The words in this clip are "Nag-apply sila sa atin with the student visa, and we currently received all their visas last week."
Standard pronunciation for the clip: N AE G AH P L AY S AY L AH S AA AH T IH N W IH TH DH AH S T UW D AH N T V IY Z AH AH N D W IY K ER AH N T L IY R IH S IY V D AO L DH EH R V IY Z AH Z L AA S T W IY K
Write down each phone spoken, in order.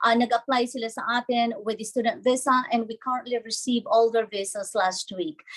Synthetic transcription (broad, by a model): N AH G AH P L AY S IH L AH S AA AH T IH N W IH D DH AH S T UW D AH N T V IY S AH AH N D W IY K ER AH N T L IY R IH S IY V AO L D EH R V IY S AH S L AA S T W IY K